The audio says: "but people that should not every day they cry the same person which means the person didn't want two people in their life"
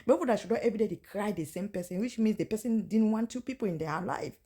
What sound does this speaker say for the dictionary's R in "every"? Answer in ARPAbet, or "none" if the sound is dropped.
none